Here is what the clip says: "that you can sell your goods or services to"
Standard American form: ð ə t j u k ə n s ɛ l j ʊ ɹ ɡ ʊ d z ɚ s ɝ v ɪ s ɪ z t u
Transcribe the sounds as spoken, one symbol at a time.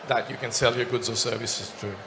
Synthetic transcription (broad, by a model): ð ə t j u k ə n s ɛ l j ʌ ɹ ɡ ʊ d z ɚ s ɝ v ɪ s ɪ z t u